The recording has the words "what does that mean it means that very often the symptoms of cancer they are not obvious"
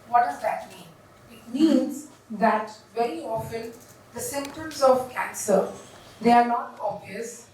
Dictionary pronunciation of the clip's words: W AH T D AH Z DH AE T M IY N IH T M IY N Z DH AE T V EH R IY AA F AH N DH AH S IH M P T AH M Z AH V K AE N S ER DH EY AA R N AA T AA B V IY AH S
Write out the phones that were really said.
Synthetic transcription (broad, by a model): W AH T D AH Z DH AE T M IY N IH T M IY N Z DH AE T V EH R IY AA F AH N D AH S IH M P T AH M Z AH V K AE N S ER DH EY AA R N AA T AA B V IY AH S